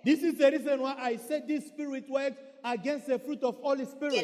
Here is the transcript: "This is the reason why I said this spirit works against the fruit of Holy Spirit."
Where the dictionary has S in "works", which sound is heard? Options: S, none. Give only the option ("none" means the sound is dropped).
none